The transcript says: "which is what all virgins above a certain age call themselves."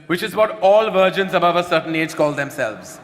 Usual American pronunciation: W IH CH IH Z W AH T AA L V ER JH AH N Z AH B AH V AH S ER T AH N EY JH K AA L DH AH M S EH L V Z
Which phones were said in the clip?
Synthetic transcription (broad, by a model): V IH CH IH Z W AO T AA L V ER JH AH N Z AH B AH V AH S ER T AH N EY JH K AA L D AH M S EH L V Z